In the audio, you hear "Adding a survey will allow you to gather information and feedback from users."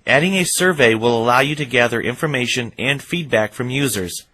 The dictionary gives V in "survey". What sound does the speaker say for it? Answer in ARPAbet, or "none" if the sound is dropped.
V